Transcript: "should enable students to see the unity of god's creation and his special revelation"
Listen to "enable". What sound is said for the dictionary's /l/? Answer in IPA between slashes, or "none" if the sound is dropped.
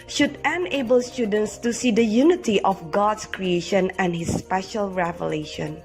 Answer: /l/